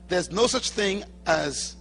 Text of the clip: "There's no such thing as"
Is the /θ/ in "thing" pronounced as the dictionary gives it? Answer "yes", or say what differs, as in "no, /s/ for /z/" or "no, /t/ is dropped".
yes